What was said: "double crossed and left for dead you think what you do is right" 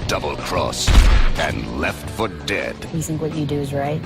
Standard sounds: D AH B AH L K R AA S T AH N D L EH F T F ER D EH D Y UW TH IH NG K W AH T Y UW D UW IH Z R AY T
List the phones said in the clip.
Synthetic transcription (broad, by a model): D AH B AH L K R AA S AH N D L EH F T F ER D EH D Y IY TH IH NG K W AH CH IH D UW IH Z R AY T